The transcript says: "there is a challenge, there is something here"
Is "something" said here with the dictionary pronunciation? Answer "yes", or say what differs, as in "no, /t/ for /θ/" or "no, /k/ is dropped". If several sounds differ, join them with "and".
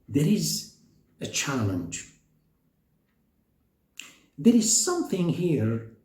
yes